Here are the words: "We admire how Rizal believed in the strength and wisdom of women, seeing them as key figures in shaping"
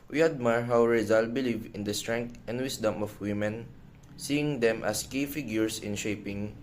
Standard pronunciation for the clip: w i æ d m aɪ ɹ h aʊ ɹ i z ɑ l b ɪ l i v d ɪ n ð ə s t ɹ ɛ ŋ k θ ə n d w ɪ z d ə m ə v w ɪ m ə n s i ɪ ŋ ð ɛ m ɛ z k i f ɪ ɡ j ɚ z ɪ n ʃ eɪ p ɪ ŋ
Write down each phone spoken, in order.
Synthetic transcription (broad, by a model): w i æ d m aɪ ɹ h aʊ ɹ i z ɑ l b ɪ l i v ɪ n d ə s t ɹ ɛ ŋ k t ə n d w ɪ s d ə m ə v w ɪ m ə n s i ɪ ŋ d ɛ m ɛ s k i f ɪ ɡ j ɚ s ɪ n ʃ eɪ p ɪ ŋ